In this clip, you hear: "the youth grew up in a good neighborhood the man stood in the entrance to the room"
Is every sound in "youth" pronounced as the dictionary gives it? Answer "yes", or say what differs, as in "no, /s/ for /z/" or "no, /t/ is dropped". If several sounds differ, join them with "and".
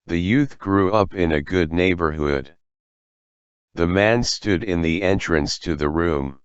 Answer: yes